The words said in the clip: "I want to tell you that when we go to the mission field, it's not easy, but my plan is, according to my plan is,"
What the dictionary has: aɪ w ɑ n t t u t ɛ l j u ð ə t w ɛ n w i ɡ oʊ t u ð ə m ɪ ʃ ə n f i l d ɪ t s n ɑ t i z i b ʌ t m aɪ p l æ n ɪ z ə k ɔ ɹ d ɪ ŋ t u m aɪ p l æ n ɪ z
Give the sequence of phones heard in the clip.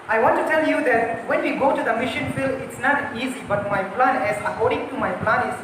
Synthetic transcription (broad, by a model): aɪ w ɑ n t t u t ɛ l j u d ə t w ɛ n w i ɡ oʊ t u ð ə m ɪ ʃ ə n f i l ɪ t s n ɑ t i z i b ʌ t m aɪ p l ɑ n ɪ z ə k ɔ ɹ d ɪ ŋ t u m aɪ p l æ n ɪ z